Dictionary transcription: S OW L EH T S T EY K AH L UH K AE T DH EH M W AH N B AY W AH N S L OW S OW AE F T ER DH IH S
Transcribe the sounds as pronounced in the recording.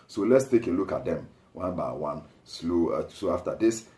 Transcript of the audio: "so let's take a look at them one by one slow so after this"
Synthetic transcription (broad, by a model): S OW L EH T S T EY K AH L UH K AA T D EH M W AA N B AY W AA N S L OW S OW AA F T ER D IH S